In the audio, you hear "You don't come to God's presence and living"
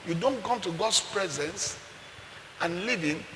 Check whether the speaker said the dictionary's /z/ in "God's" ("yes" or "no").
no